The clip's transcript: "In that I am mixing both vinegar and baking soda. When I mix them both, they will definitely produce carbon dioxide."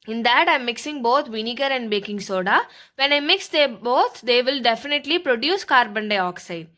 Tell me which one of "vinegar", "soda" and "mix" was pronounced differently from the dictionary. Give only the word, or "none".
none